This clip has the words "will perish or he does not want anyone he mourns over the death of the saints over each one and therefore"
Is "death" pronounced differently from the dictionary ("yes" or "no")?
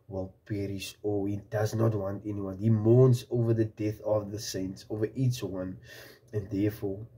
no